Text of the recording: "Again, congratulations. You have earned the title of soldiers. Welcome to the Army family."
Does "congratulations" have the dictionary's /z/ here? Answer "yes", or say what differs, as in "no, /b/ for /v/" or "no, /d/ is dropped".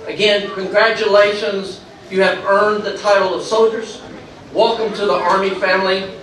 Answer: yes